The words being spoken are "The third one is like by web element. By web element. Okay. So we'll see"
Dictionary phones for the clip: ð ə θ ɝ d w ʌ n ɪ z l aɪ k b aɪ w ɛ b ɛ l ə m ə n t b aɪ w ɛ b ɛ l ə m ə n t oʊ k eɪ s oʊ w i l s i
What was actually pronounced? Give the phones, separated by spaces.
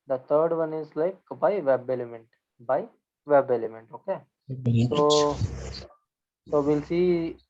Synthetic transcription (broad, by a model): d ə t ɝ d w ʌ n ɪ z l aɪ k b aɪ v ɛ b ɛ l ə m ə n t b aɪ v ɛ b ɛ l ə m ə n t oʊ k eɪ s oʊ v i l s i